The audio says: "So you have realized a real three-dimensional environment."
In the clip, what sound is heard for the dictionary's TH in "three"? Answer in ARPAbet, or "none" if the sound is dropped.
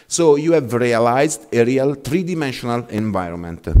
T